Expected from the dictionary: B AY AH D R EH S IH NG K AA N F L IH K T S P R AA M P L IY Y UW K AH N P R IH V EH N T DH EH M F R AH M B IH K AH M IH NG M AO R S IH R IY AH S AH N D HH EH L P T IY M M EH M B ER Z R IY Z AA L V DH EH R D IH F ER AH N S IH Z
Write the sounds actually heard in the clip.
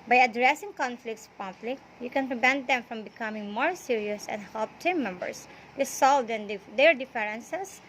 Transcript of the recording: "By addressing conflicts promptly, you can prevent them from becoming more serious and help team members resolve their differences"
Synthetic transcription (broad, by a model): B AY AH D R EH S IH NG K AA N F L IH K T S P AA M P L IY Y UW K AH N P R IH V EH N T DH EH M F R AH M B IH K AH M IH NG M AO R S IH R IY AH S AH N D HH EH L P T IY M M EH M B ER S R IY S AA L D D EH R D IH F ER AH N S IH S